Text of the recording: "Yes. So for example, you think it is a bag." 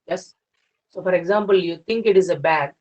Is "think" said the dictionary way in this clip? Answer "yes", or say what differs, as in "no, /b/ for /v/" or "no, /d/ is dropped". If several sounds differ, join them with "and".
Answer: no, /t/ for /θ/